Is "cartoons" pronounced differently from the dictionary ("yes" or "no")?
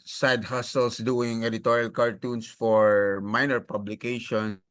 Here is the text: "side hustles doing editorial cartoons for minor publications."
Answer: yes